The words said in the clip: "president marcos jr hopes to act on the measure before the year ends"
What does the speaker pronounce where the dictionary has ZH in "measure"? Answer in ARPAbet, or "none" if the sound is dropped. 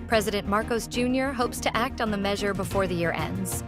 ZH